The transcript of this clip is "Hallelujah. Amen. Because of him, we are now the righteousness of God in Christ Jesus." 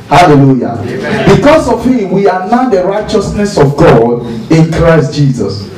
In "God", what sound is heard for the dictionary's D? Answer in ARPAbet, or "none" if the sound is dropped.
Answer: D